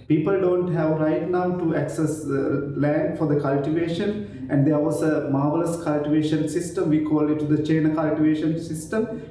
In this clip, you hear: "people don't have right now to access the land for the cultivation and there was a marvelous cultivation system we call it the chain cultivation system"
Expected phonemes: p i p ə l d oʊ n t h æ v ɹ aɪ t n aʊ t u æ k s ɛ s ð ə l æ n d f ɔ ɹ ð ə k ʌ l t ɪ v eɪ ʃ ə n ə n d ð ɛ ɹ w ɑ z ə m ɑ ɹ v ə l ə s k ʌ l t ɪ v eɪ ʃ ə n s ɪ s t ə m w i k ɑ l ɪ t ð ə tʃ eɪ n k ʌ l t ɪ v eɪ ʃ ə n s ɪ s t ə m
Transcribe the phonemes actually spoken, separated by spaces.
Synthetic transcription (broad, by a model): p i p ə l d oʊ n t h æ v ɹ aɪ t n aʊ t u æ k s ɛ s l æ n d f ɔ ɹ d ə k ʌ l t ɪ v eɪ ʃ ə n ə n d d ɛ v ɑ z ə m ɑ ɹ v ə l ə s k ʌ l t ɪ v eɪ ʃ ə n s ɪ s t ə m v i k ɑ l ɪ t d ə tʃ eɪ n k ʌ l t ɪ v eɪ ʃ ə n s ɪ s t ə m